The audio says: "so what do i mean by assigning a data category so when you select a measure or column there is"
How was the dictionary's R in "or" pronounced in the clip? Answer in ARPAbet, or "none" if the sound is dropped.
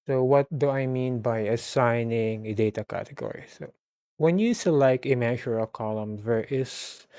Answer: L